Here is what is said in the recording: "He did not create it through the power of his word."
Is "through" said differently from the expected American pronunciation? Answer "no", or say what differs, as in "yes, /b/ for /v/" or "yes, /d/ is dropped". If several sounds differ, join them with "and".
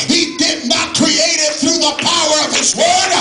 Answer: no